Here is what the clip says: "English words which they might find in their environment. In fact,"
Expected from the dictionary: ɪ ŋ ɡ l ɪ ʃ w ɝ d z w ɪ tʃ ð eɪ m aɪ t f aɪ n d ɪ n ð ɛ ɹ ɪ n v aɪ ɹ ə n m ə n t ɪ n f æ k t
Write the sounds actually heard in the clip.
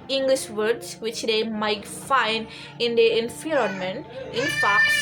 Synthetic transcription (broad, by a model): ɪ ŋ ɡ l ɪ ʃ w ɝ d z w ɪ tʃ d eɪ m aɪ t f aɪ n d ɪ n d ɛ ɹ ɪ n f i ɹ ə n m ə n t ɪ n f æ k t